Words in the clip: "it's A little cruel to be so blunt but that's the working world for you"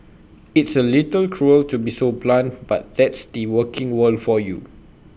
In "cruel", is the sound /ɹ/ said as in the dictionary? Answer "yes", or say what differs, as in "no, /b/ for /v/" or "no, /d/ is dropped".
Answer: yes